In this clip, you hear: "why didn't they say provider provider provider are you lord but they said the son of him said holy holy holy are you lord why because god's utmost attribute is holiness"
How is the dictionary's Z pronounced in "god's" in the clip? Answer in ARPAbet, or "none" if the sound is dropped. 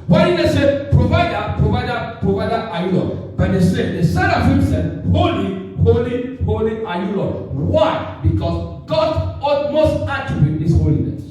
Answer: none